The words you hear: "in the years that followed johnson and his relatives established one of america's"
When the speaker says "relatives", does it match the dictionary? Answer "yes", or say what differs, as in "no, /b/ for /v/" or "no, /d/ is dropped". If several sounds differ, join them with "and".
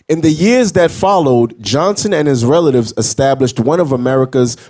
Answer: yes